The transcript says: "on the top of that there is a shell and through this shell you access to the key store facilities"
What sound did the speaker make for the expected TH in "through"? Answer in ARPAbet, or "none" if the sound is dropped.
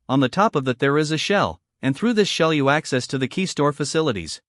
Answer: TH